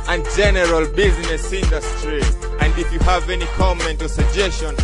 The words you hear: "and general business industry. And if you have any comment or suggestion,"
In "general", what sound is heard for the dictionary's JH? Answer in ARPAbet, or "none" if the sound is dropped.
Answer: JH